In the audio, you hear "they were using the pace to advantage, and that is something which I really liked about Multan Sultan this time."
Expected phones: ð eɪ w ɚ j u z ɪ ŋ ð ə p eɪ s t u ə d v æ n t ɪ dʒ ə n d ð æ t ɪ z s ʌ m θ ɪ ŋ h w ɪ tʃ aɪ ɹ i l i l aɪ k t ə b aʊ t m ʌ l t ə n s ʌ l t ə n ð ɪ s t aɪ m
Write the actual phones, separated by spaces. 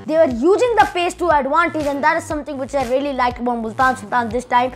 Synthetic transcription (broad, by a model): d eɪ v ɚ j u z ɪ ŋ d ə p eɪ s t u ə d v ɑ n t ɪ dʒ ə n d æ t ɪ z s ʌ m t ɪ ŋ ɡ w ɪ tʃ aɪ ɹ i l i l aɪ k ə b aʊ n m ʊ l t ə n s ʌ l t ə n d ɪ s t aɪ m